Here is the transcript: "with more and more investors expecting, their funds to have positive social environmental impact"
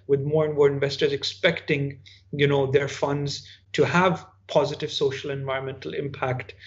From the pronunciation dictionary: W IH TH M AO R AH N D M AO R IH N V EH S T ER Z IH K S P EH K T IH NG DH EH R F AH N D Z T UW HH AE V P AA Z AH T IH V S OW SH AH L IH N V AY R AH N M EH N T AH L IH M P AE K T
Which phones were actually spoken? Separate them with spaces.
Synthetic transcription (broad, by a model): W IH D M AO R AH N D M AO R IH N V EH S T ER Z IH K S P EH K T IH NG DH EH R F AH N D Z T UW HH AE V P AA Z AH T IH V S OW SH AH L IH N V AY R AH N M EH N T AH L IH M P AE K T